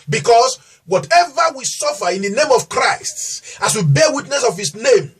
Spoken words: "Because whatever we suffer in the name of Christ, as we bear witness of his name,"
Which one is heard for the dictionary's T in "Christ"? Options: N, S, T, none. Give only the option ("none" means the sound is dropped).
T